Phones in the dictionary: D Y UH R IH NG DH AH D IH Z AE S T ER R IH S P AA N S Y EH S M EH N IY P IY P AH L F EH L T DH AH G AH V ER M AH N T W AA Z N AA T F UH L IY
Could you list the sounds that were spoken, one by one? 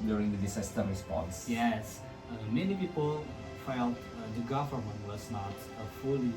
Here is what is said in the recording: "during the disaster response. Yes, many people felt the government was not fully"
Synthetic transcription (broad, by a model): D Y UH R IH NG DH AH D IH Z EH S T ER R IH S P AA N S Y EH S M EH N IY P IY P AH L F EH L T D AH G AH F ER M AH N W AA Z N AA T F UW L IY